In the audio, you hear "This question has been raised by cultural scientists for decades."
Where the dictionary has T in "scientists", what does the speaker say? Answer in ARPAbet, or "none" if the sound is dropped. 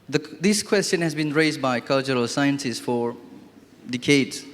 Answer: S